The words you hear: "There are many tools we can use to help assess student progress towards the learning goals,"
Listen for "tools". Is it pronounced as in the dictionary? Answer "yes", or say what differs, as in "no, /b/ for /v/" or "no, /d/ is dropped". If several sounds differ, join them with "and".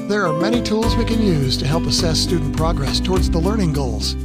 yes